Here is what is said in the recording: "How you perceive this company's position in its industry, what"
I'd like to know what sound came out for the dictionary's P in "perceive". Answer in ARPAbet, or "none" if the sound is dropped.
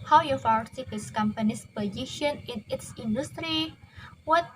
F